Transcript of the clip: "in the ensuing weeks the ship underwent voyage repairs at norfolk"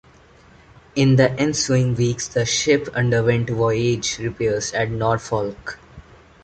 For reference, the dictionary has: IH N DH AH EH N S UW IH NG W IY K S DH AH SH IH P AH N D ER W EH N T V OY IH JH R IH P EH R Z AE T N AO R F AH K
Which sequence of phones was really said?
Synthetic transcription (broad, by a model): IH N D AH EH N S UW IH NG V IY K S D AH SH IH P AH N D ER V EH N T V OY IH JH R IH P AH R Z AE T N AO R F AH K